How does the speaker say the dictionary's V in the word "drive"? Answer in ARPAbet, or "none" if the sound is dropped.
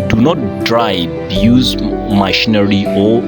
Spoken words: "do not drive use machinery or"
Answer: B